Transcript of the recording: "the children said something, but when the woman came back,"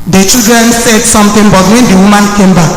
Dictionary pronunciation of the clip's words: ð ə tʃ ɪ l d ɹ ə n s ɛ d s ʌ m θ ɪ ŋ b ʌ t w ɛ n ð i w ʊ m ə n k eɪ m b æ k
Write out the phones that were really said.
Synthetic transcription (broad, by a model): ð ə tʃ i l d ɹ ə n s ɛ d s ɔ m t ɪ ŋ b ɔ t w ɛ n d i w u m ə n k eɪ m b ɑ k